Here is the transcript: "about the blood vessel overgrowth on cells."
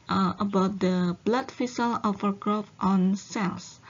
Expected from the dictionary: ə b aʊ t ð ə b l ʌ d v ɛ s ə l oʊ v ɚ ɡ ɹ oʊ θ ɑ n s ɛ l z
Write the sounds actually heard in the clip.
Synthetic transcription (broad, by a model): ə b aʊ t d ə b l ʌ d f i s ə l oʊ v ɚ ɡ ɹ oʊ f ɑ n s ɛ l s